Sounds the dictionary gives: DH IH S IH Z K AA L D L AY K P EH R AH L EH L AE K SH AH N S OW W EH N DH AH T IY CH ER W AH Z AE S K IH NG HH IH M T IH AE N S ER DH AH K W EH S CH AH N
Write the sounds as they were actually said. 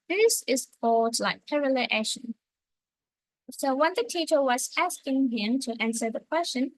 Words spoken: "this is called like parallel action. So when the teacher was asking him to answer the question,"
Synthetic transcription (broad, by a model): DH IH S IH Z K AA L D L AY K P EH R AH L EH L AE SH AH N S OW W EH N DH AH T IY CH ER W AH Z AE S K IH NG HH IH M T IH AE N S ER DH AH K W EH S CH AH N